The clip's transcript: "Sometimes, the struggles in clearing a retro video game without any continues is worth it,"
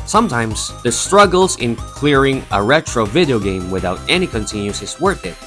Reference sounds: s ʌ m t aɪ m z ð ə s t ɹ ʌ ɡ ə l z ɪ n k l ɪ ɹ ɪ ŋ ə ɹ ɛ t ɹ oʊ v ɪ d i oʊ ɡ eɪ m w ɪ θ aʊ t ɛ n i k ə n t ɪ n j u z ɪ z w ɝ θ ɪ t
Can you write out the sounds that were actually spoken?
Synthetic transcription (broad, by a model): s ʌ m t aɪ m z ð ə s t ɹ ʌ ɡ l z ɪ n k l ɪ ɹ ɪ ŋ ə ɹ ɛ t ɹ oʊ v ɪ d i oʊ ɡ eɪ m w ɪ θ aʊ t ɛ n i k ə n t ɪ n j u s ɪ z w ɝ θ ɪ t